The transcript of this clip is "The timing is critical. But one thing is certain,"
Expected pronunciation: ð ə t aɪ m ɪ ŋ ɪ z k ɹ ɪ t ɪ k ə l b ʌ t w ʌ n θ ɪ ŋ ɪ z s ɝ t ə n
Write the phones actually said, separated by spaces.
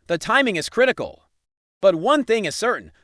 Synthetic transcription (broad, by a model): ð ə t aɪ m ɪ ŋ ɪ z k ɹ ɪ t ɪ k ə l b ʌ t w ʌ n θ ɪ ŋ ɪ z s ɝ t n